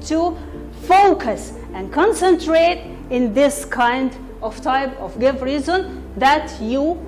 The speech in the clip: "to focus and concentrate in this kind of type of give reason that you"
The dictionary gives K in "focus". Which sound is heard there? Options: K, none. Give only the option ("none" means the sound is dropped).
K